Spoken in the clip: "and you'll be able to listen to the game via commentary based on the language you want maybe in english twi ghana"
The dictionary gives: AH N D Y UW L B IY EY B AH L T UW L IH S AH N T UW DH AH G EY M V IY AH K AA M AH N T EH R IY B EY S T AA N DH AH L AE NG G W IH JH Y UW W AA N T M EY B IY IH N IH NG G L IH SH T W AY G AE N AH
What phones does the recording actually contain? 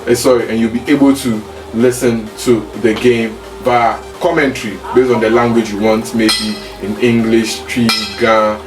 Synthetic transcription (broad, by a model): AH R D Y UW L B IY EY B AH L T UW L IH S AH N T UW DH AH G EY M B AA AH K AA M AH N T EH R IY B EY S T AA N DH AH L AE NG G W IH JH Y UW W AA N T M EY B IY IH N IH NG G L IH SH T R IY G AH